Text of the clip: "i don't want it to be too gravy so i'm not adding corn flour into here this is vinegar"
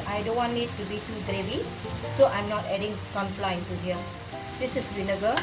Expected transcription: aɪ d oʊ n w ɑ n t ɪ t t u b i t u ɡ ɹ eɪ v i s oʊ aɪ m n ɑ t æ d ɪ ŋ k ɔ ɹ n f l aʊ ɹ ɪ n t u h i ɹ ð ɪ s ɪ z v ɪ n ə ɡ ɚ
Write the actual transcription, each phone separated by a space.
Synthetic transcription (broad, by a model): aɪ d oʊ n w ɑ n ɪ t t u b i t u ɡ ɹ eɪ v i s oʊ aɪ m n ɑ t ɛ d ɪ ŋ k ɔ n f l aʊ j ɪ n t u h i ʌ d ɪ s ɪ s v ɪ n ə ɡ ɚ